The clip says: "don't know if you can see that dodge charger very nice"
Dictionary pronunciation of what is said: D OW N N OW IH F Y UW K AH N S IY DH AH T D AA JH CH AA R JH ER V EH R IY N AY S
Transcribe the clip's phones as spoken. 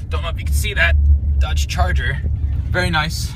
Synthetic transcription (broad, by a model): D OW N L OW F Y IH K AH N S IY DH AH T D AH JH CH AA R JH ER V EH R IY N AY S